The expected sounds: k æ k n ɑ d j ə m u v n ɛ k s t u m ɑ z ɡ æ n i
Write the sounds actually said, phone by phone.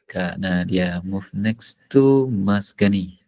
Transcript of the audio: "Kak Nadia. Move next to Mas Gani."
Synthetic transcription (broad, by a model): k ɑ n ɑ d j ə m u f n ɛ k s t u m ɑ s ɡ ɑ n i